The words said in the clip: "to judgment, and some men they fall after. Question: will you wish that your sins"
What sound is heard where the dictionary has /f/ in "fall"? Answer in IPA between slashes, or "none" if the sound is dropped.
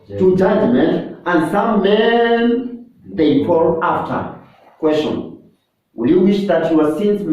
/p/